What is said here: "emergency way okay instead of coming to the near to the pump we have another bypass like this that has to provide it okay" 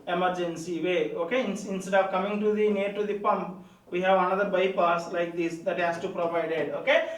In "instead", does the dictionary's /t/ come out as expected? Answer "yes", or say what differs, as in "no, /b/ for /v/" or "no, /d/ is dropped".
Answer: no, /s/ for /t/